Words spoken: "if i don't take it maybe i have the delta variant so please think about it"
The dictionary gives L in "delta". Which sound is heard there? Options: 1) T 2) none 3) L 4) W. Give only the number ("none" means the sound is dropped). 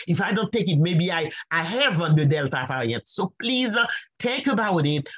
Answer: 3